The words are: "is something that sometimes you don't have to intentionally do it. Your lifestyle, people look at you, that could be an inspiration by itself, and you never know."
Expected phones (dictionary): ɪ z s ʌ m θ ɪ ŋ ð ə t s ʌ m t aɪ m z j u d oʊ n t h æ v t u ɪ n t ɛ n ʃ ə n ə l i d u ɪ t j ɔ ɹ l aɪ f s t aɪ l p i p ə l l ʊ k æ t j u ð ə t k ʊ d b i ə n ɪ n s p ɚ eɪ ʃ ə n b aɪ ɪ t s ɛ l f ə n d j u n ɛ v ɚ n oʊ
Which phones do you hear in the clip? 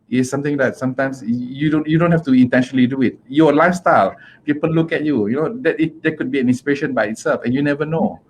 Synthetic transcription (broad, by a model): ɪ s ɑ m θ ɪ ŋ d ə t s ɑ m t aɪ m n j u d oʊ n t h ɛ f t u ɪ n t ɛ n ʃ ə n ə l i d u ɪ t j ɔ l aɪ f s t aɪ l p i p ə l l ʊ k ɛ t j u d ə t k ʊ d b i ə n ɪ n s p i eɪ ʃ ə n b aɪ ɪ t s ɛ l f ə n j u n ɛ v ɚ n oʊ